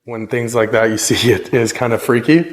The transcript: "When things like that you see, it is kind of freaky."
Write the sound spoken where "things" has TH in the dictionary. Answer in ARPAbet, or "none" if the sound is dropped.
TH